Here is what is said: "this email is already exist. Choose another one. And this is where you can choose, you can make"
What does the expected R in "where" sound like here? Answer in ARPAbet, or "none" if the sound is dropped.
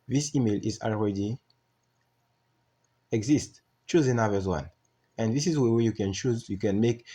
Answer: W